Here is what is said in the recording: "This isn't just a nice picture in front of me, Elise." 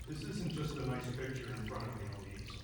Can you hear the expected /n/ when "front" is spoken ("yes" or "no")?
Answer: no